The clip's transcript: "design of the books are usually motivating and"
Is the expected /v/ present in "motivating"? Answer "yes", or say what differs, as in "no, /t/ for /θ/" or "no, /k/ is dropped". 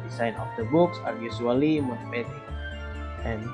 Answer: no, /p/ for /v/